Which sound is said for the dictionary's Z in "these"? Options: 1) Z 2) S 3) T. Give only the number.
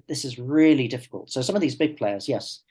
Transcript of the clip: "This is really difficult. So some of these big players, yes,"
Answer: 1